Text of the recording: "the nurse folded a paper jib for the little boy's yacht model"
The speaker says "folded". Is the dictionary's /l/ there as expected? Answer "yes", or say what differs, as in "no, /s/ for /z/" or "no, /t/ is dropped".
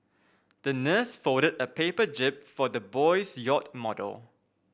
no, /l/ is dropped